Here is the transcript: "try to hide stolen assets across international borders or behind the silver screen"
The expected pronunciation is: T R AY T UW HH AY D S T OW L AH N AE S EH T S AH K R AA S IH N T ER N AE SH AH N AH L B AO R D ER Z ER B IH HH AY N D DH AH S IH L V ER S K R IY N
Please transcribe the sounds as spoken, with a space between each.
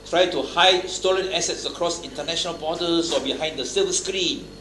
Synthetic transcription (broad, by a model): T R AY T UW HH AY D S T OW L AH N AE S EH T S AH K R AA S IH N T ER N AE SH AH N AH L B AO D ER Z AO B IH HH AY N D AH S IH V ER S K R IY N